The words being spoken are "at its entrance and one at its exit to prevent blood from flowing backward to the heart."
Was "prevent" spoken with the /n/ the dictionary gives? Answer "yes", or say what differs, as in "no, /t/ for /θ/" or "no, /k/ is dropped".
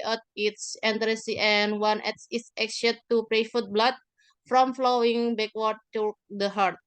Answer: no, /n/ is dropped